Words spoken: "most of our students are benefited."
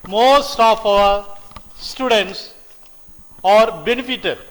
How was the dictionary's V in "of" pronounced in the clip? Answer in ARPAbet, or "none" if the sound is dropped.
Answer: P